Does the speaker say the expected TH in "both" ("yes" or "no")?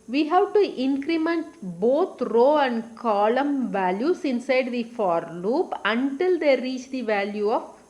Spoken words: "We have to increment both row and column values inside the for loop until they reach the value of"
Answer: no